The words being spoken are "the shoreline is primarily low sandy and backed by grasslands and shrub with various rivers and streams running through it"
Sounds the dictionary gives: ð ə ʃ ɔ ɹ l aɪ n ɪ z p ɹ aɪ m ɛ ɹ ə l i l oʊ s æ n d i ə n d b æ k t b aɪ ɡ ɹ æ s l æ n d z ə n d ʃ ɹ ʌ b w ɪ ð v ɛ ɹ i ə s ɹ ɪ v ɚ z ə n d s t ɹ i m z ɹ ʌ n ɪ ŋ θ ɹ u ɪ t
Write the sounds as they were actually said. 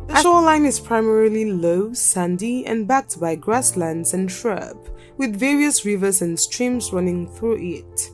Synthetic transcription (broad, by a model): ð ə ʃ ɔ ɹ l aɪ n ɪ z p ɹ aɪ m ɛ ɹ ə l i l oʊ s æ n d i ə n b æ k t b aɪ ɡ ɹ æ s l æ n d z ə n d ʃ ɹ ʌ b w ɪ ð v ɛ ɹ i ə s ɹ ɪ v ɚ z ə n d s t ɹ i m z ɹ ʌ n ɪ ŋ θ ɹ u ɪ t